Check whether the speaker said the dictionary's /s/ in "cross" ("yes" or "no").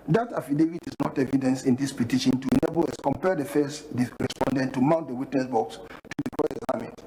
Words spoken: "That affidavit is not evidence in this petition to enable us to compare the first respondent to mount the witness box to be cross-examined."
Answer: no